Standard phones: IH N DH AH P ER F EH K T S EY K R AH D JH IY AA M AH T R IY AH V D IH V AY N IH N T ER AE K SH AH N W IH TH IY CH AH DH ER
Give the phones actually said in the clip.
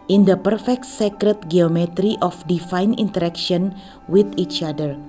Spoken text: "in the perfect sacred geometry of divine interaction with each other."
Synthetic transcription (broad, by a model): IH N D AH P ER F EH K T S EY K R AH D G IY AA M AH T R IY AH F D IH F AY N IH N T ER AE K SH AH N W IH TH IY CH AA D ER